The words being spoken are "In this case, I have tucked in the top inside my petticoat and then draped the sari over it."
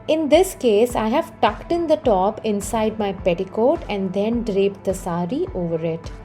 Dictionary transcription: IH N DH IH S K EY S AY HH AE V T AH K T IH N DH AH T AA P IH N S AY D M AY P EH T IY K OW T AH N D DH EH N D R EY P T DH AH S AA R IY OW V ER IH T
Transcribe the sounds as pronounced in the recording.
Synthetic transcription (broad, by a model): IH N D IH S K EY S AY HH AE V T AH K T IH N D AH T AA P IH N S AY D M AY P EH T IY K OW T AH N D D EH N D R EY P T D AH S AA R IY OW V ER IH T